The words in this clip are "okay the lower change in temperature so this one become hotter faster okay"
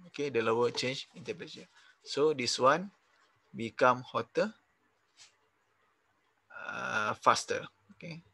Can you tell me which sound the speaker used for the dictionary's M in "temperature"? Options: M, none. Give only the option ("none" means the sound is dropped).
none